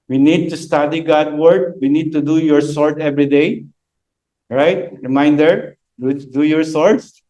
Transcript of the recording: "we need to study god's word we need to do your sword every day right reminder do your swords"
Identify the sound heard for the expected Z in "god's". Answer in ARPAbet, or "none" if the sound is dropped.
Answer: none